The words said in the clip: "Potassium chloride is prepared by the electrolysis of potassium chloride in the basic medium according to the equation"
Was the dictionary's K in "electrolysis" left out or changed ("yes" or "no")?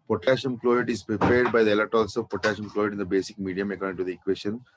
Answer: yes